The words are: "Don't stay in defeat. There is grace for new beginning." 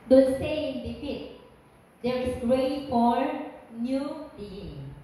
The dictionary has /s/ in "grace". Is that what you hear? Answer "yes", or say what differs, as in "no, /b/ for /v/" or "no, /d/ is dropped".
no, /s/ is dropped